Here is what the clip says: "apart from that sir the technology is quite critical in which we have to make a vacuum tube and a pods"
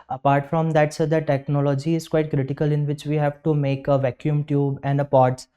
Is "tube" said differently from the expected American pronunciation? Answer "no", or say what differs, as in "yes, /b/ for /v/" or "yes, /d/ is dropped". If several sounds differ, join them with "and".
no